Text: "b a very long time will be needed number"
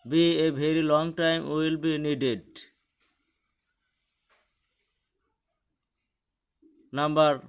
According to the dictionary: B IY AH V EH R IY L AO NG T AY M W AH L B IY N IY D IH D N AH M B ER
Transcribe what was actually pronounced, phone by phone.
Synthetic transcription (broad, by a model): B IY AH B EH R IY L AO NG T AY M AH L B IY N IY D IH D N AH M B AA